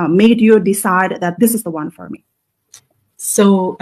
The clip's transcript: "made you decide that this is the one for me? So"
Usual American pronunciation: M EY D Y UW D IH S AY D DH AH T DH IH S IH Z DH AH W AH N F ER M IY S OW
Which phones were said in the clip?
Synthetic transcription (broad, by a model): M EY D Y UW D IH S AY D DH AH T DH IH S IH Z DH AH W AH N F ER M IY S OW